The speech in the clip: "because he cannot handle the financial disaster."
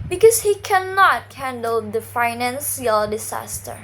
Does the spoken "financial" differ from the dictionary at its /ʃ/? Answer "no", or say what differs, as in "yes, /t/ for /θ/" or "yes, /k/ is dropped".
yes, /s/ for /ʃ/